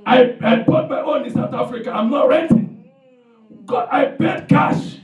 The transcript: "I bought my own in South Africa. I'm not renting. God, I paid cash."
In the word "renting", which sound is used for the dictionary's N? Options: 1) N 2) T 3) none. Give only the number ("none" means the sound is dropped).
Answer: 3